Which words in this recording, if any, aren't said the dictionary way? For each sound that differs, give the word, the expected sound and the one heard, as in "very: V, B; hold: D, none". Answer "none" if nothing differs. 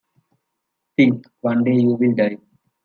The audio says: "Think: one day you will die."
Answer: think: TH, T